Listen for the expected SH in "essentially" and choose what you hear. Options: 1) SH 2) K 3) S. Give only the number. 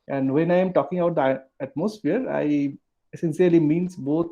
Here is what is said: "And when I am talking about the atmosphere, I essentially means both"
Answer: 3